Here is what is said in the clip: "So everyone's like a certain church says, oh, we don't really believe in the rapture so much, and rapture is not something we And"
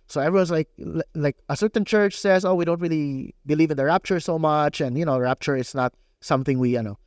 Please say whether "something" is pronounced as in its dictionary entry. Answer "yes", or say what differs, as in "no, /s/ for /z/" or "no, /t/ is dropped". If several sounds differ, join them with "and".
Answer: yes